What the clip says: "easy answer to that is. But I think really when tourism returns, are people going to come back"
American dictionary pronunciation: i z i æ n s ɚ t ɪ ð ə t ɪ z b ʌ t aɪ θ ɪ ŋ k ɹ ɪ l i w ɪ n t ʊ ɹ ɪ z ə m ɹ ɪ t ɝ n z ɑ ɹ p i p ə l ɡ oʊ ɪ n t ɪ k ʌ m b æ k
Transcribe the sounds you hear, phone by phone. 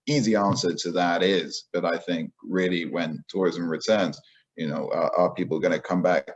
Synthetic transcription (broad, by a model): i z i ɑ n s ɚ t ɪ ð ə t ɪ z b ʌ t aɪ θ ɪ ŋ k ɹ ɪ l i w ɪ n t ʊ ɹ ɪ z ə m ɹ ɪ t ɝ n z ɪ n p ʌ p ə l ɡ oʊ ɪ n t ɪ k ʌ m b æ k